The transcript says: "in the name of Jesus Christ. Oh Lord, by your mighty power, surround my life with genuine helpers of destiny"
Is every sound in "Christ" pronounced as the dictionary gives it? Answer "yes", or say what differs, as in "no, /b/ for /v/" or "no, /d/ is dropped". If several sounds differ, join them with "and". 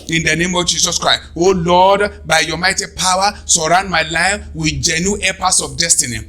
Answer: yes